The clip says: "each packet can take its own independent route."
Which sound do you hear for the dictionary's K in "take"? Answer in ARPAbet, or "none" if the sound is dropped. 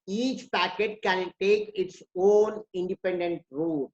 K